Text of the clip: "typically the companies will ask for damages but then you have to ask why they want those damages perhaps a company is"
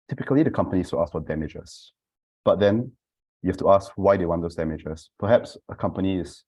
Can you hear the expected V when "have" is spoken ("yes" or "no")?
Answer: no